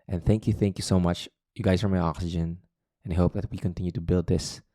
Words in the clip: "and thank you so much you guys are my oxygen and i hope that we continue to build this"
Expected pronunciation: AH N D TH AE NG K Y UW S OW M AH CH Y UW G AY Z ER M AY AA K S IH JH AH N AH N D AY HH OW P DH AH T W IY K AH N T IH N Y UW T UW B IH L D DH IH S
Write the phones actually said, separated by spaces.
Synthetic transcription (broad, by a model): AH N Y TH AE NG K Y UW S OW M AH CH Y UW G AY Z ER M AY AA K S IH JH AH N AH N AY HH OW P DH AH T W IY K AH N T IH N Y UW T UW B IH L D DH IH S